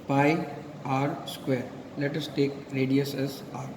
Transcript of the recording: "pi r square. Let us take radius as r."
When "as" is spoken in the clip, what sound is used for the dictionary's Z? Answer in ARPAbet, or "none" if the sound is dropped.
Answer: S